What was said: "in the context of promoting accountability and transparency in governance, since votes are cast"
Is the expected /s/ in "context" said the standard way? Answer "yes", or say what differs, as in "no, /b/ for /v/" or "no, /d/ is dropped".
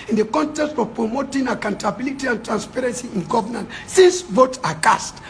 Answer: yes